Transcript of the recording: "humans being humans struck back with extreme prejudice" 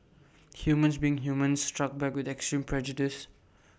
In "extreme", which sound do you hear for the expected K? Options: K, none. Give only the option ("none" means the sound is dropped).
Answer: K